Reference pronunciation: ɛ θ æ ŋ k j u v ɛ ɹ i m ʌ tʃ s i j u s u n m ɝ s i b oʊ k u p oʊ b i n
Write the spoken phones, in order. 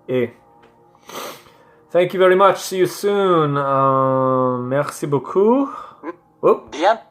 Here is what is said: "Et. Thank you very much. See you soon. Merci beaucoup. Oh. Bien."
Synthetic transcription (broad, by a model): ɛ θ æ ŋ k j u v ɛ ɹ i m ʌ tʃ s i j u s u n m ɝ s i b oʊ k u oʊ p